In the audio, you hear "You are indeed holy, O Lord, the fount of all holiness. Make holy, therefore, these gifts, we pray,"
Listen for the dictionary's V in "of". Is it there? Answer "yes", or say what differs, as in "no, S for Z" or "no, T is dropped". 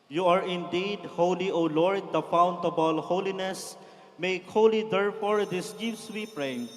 no, B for V